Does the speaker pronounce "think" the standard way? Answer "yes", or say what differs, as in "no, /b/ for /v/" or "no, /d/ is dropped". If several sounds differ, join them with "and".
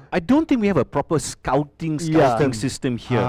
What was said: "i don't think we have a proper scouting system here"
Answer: no, /t/ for /θ/